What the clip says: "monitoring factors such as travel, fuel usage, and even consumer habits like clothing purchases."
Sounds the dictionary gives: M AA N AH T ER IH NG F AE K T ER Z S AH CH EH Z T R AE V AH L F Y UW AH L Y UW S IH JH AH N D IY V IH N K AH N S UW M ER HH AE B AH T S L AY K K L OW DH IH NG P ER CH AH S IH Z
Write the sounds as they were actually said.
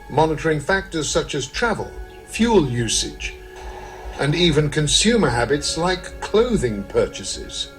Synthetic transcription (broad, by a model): M AA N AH T ER IH NG F AE K T ER Z S AH CH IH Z T R AE V AH L F Y UW L Y UW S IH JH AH N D IY V IH N K AH N S UW M ER HH AE B AH T S L AY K K L OW DH IH NG P ER CH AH S IH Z